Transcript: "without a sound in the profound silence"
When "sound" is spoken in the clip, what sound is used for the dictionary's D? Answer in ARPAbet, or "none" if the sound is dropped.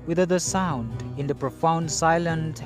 D